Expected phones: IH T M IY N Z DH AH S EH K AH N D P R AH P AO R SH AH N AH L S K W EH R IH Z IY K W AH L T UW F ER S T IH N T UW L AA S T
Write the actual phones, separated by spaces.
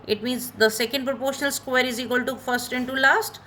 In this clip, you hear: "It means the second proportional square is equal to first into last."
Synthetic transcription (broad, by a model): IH T M IY N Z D AH S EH K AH N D P R AH P AO R SH AH N AH L S K W EH R IH Z IY K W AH L T UW F ER S T IH N T UW L AA S T